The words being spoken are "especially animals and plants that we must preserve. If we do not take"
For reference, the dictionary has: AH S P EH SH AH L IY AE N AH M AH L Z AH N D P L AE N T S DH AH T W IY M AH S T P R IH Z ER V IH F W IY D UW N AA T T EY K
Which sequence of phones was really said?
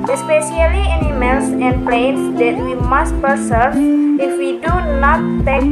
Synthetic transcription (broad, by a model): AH S P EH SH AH L IY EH N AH M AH L S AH N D P L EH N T S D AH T W IY M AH S T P IH S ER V IH F W IY D UW N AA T T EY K